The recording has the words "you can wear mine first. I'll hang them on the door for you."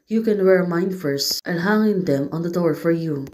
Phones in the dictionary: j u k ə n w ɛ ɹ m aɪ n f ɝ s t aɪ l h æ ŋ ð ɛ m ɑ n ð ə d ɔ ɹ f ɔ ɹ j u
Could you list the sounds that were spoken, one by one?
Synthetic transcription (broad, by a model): j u k ə n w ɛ ɹ m aɪ n f ɝ s t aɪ n h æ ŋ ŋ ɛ m ɑ n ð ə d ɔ ɹ f ɔ ɹ j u